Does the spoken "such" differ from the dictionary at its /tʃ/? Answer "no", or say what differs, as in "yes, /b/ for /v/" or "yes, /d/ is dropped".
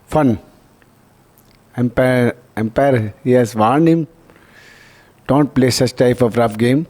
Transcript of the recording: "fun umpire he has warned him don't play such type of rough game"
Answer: yes, /s/ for /tʃ/